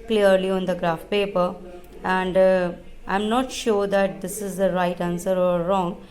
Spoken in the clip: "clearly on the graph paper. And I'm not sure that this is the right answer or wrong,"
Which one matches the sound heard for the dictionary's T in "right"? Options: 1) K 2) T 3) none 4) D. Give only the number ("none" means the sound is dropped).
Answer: 2